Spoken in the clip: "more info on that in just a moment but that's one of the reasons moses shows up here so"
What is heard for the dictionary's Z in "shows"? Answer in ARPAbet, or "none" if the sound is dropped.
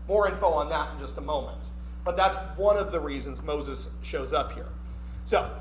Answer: Z